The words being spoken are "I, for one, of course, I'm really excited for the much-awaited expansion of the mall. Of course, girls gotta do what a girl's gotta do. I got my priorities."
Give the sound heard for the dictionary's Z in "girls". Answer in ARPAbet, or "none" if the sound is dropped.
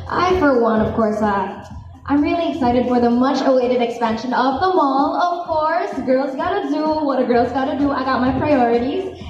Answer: Z